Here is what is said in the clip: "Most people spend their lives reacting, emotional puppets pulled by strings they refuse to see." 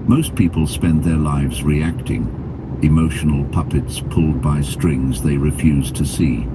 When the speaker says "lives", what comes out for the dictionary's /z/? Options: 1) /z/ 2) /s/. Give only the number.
1